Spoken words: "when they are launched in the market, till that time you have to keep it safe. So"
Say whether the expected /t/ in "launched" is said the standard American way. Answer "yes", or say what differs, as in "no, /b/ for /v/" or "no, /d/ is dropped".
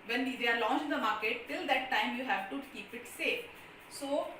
no, /t/ is dropped